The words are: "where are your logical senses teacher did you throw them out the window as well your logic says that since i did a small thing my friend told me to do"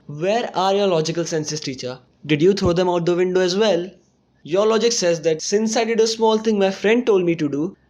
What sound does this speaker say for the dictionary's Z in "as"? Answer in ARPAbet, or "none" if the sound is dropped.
Z